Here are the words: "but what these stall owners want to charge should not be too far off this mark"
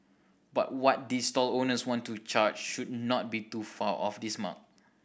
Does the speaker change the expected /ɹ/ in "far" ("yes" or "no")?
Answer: yes